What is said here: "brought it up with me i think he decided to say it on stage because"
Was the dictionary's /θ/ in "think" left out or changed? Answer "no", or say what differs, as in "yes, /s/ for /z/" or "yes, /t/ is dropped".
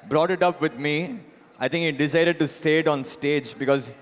yes, /t/ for /θ/